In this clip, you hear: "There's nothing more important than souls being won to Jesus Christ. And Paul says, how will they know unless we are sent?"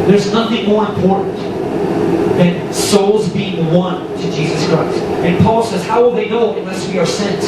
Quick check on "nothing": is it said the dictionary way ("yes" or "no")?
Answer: yes